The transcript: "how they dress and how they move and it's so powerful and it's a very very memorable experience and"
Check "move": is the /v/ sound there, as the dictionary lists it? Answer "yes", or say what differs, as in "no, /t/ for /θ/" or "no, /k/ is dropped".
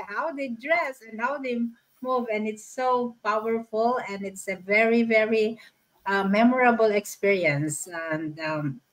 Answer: yes